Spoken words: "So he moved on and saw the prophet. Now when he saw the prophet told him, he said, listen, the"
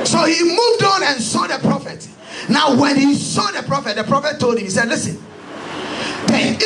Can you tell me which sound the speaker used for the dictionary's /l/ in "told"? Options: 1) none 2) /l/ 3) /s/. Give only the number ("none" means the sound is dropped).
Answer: 2